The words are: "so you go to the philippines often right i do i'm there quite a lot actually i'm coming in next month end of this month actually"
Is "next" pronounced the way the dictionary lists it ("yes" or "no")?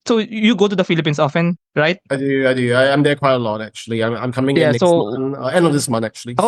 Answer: no